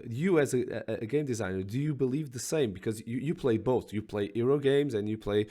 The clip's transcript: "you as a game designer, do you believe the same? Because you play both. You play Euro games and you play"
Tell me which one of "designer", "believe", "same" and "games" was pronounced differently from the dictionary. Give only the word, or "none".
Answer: none